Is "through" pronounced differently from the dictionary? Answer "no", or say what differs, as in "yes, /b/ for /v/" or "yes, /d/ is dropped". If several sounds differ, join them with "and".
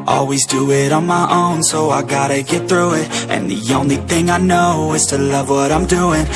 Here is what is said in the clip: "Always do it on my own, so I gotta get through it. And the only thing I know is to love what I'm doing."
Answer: no